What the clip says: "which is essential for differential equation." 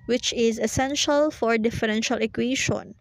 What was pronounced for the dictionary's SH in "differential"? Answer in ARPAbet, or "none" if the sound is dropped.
SH